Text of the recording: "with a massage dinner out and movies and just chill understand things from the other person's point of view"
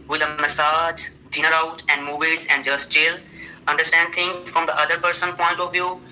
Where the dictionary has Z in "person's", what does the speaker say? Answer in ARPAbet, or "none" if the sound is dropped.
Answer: none